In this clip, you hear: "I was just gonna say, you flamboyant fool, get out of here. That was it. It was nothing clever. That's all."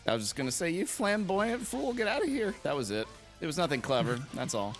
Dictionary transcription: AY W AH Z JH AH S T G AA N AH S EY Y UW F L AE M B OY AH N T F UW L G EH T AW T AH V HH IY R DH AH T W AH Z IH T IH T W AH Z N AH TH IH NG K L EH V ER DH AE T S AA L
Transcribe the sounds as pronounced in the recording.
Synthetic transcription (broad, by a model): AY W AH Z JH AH S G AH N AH S EY Y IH F L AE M B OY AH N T F UW L G EH T AW T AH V HH IY R DH AH T W AH Z IH T IH T W AH Z N AH TH IH NG K L EH V ER DH AE T S AA L